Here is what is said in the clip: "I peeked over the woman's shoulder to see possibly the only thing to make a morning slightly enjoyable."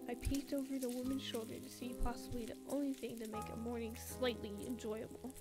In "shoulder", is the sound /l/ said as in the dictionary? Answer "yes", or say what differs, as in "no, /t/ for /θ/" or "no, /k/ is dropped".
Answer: yes